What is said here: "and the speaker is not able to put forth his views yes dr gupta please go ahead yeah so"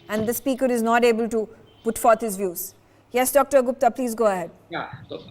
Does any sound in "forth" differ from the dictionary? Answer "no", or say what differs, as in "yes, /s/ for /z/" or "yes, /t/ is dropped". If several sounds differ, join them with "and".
yes, /t/ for /θ/